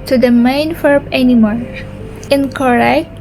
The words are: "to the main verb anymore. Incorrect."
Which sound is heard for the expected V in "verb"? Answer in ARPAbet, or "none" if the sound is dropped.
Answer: F